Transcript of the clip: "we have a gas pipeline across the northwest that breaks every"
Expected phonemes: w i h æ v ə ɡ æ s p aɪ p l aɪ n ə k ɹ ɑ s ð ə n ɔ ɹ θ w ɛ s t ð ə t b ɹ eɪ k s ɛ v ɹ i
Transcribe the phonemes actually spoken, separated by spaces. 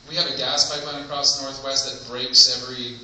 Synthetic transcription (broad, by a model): w i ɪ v ə ɡ æ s p aɪ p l aɪ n ə k ɹ ɑ s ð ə n ɔ ɹ θ w ɛ s t ð ə t b ɹ eɪ k s ɛ v ɹ i